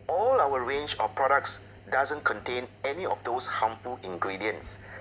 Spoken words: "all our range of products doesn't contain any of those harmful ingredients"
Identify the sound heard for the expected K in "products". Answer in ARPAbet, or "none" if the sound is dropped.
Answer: K